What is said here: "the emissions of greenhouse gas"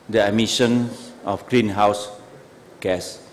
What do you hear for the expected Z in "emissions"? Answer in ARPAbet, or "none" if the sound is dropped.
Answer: none